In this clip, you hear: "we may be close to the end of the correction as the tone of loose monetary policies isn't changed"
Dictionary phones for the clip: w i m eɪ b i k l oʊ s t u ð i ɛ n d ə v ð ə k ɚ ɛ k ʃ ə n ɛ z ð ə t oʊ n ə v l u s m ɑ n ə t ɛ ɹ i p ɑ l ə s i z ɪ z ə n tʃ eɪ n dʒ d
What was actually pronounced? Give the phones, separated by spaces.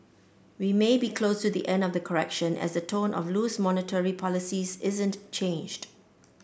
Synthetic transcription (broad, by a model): w i m eɪ b i k l oʊ s t u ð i ɛ n d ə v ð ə k ɚ ɛ k ʃ ə n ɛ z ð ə t oʊ n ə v l u s m ɑ n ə t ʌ ɹ i p ɑ l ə s i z ɪ z ə n tʃ eɪ n dʒ d